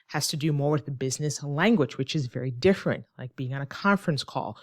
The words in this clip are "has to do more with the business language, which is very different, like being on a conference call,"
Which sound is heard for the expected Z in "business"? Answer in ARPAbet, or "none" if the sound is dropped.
Z